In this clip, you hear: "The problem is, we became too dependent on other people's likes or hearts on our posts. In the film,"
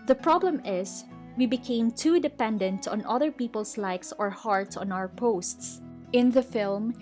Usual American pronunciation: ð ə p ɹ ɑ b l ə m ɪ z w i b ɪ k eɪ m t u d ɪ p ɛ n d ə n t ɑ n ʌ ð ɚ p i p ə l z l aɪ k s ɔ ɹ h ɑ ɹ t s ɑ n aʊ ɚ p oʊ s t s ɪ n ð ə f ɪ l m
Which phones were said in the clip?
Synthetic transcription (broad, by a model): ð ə p ɹ ɑ b l ə m ɪ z w i b ɪ k eɪ m t u d ɪ p ɛ n d ə n t ɑ n ʌ ð ɚ p i p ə l s l aɪ k s ɔ ɹ h ɑ ɹ t s ɑ n aʊ ɚ p oʊ s t s ɪ n ð ə f ɪ l m